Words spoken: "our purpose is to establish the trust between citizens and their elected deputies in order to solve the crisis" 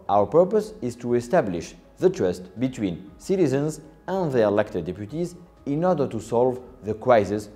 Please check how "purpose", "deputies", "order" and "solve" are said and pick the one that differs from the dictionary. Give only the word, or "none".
none